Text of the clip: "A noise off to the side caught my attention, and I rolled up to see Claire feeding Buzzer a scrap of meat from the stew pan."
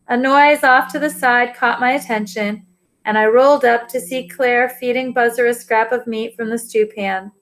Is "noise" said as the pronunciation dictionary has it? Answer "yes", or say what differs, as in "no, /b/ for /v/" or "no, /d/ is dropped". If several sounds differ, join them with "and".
yes